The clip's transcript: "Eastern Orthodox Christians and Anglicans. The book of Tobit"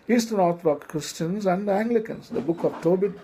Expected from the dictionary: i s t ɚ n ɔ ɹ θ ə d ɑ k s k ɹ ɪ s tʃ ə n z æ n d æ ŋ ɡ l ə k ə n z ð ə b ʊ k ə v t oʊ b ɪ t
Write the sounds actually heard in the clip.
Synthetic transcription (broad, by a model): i s t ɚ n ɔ ɹ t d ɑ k k ɹ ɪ s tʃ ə n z æ n d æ ŋ ɡ l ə k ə n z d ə b ʊ k ə v t oʊ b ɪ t